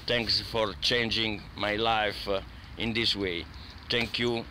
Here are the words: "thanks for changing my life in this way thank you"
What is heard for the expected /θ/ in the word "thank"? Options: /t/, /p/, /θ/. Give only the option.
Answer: /t/